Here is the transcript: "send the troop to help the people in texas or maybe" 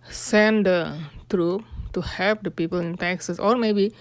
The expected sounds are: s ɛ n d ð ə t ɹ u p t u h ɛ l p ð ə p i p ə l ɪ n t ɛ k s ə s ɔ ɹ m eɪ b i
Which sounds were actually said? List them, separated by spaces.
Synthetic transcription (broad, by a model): s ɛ n d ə t ɹ u p t u h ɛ p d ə p i p ə l ɪ n t ɛ k s ə s ɔ ɹ m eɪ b i